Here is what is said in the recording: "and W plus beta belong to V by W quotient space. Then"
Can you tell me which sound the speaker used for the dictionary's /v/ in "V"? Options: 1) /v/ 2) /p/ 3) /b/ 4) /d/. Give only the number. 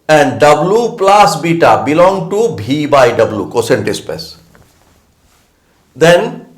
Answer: 3